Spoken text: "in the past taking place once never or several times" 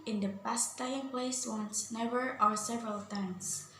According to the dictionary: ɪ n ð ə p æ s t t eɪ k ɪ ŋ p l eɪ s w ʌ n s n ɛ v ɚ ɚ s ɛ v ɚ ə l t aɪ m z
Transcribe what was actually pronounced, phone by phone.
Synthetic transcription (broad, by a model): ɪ n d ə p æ s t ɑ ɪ ɪ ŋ p l eɪ s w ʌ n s n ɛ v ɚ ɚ s ɛ v ɚ ə l t aɪ m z